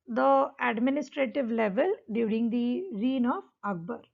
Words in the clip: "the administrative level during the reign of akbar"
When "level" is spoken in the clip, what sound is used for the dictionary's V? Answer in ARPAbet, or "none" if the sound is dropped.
V